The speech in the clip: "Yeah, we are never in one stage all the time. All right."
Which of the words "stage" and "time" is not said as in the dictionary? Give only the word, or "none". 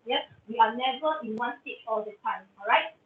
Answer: stage